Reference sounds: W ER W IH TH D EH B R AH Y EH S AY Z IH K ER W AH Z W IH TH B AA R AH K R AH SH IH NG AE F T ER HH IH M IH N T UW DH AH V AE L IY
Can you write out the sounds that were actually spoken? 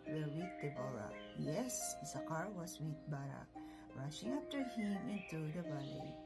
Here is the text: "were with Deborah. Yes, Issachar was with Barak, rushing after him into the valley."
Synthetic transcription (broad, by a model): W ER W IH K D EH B L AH Y EH S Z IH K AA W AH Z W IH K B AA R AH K R AH SH IH NG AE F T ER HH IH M IH N T UW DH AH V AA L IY